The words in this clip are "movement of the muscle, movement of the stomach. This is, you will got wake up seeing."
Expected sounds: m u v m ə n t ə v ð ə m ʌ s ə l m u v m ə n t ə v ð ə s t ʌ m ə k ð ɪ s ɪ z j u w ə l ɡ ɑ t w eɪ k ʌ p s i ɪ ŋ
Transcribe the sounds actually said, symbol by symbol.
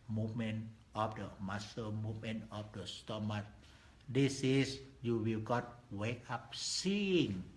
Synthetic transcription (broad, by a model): m u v m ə n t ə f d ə m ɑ s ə m u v m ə n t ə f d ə s t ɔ m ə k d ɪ s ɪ s j u w ə l ɡ ɑ t w eɪ k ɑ p s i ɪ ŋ